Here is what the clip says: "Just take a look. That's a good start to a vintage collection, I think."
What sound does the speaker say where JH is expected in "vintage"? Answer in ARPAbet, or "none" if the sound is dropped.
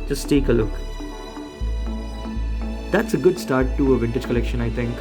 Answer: JH